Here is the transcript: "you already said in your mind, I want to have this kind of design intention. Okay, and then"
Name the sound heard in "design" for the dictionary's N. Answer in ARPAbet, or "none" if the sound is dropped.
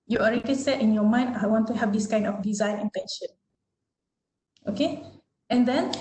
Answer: N